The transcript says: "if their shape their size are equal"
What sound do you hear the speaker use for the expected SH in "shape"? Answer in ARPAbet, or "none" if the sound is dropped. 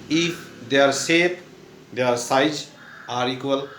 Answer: S